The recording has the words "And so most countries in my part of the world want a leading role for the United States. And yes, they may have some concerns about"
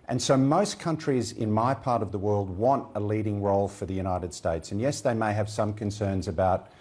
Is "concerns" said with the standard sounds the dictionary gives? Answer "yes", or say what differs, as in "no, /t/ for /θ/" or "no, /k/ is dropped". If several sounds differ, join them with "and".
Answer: yes